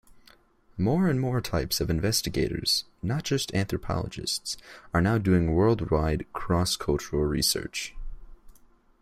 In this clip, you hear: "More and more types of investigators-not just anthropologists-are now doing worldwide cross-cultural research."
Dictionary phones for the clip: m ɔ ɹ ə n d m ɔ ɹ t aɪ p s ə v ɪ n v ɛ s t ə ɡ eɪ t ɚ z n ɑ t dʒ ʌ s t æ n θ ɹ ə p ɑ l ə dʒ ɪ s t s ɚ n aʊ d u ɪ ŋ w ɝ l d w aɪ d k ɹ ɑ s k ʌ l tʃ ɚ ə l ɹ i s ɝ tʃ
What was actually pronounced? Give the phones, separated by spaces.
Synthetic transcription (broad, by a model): m ɔ ɹ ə n m ɔ ɹ t aɪ p s ə v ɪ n v ɛ s t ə ɡ eɪ t ɚ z n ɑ t dʒ ʌ s t æ n θ ɹ ə p ɑ l ə dʒ ɪ s t s ɚ n aʊ d u ɪ ŋ w ɝ l d w aɪ d k ɹ ɑ s k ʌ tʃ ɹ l ɹ i s ɝ tʃ